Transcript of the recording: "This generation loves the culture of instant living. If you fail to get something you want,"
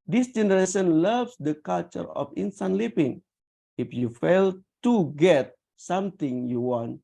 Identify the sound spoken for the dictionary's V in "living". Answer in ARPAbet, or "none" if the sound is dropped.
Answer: P